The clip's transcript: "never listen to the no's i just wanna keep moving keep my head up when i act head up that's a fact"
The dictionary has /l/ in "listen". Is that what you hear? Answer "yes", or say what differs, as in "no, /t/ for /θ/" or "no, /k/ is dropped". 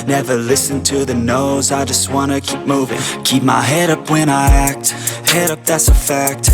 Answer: yes